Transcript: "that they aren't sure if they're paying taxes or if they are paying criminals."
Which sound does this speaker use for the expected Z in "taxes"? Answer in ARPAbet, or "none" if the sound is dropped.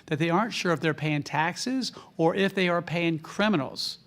Z